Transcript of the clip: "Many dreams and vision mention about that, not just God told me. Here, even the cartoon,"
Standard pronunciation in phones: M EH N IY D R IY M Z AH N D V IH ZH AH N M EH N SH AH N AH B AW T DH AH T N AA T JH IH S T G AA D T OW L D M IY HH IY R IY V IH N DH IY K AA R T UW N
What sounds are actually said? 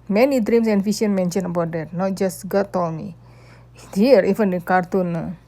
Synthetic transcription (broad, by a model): M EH N IY D R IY M S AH N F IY SH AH N M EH N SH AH N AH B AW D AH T N AA T JH IH S T G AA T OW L M IY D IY R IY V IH N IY K AA R T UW N